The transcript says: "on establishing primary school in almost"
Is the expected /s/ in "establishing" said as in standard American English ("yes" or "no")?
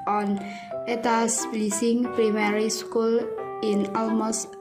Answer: no